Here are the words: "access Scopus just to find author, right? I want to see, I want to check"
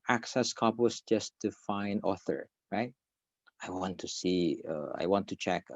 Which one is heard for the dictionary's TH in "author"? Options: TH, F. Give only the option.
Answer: TH